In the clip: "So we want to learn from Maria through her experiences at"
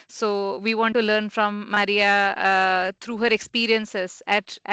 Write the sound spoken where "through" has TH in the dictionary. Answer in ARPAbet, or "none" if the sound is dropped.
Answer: T